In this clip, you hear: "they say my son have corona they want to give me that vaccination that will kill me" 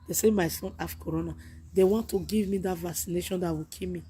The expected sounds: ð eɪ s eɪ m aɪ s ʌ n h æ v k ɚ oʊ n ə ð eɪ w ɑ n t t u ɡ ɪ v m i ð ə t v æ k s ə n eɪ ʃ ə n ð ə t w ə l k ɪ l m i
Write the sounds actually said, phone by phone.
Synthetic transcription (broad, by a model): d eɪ s eɪ m aɪ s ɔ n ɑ f k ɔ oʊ n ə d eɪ w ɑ n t t u ɡ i v m i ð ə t v æ k s ə n eɪ ʃ ə n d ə t w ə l k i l m i